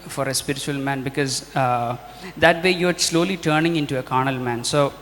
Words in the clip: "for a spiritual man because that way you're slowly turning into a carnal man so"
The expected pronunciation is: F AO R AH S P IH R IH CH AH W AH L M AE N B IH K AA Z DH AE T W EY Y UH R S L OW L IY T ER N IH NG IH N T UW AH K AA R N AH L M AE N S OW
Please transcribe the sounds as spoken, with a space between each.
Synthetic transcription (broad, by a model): F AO R AH S P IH R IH CH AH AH L M AE N B IH K AA Z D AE T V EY Y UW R S L OW L IY T ER N IH NG IH N T UW AH K AA R N AH L M AE N S OW